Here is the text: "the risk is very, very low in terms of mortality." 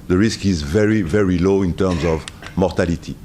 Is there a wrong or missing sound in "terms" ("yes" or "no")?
no